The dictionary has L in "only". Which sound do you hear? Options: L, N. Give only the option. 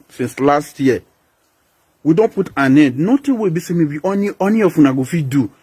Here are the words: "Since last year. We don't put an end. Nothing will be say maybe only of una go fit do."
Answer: N